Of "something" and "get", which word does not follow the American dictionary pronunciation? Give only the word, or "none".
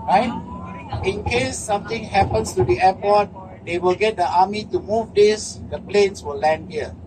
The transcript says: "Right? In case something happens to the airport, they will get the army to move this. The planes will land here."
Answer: something